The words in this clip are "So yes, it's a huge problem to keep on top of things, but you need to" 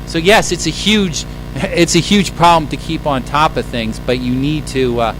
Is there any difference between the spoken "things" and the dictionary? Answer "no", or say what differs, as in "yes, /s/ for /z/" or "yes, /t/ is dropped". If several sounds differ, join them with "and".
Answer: no